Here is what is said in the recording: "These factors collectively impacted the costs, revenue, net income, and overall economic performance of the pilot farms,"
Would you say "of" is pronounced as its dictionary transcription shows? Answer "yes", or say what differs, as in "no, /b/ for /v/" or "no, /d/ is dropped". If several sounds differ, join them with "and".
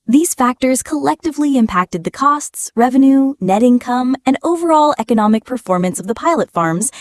yes